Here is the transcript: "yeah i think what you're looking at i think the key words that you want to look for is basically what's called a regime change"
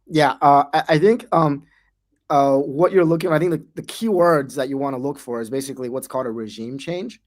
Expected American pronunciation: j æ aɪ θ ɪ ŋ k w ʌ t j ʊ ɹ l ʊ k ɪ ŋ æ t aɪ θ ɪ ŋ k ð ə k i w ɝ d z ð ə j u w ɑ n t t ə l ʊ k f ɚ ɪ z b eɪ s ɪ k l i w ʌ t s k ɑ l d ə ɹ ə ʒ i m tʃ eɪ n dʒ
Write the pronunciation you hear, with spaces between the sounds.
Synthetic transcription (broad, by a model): j æ aɪ θ ɪ ŋ k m ʌ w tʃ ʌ ɹ l ʊ k ɪ ŋ aɪ θ ɪ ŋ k ð ə k i w ɝ d z ð ə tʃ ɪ w ɑ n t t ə l ʊ k f ɚ ɪ z b eɪ s ɪ k l i w ʌ t s k ɑ l d ə ɹ ə ʒ i m tʃ eɪ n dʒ